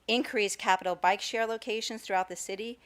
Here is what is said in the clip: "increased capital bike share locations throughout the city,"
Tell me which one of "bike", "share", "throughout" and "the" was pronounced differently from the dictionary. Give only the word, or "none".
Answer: none